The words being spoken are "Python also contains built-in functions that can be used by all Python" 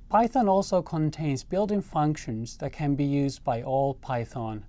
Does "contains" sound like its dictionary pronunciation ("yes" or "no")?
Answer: yes